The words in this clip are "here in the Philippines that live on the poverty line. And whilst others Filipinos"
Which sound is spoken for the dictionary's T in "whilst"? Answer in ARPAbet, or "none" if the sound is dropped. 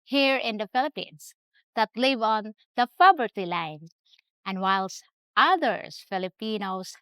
T